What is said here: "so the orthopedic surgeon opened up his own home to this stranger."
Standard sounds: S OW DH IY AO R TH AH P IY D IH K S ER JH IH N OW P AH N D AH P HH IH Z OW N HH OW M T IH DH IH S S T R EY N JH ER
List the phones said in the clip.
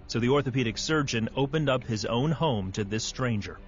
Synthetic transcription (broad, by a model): S OW DH IY AO R TH AH P IY D IH K S ER JH IH N OW P AH N D AH P HH IH Z OW N HH OW M T IH DH IH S S T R EY N JH ER